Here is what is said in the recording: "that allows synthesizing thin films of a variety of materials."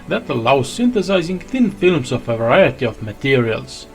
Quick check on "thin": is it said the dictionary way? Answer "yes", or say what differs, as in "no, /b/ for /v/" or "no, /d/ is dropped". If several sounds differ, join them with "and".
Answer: yes